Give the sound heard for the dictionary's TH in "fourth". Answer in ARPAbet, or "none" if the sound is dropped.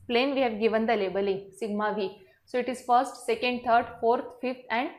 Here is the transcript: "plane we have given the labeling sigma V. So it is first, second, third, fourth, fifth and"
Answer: T